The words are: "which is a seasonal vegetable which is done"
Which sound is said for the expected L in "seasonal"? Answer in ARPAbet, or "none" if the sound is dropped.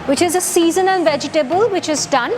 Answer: N